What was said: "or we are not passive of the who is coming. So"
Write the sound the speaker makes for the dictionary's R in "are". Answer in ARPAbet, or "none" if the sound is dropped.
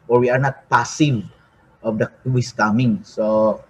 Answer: R